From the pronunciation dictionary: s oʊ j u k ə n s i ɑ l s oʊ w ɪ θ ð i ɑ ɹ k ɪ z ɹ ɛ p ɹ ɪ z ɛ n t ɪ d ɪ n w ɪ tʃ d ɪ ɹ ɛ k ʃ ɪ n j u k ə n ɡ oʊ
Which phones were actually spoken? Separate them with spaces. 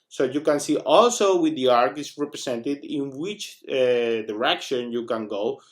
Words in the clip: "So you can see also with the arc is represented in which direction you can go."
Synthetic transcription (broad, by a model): s oʊ j u k ə n s i ɑ l s oʊ w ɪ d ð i ɑ ɹ k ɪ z ɹ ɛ p ɹ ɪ s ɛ n t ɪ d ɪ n w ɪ tʃ d ɪ ɹ ɛ k ʃ ɪ n j u k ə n ɡ oʊ